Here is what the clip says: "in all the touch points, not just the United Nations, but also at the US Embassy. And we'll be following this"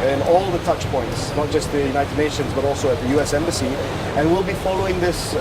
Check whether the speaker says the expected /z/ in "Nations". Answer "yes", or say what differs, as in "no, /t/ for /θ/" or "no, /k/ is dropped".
yes